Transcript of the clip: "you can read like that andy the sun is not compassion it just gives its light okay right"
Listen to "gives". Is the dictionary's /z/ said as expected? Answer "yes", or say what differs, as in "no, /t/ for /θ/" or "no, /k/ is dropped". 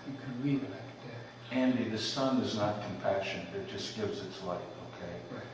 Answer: yes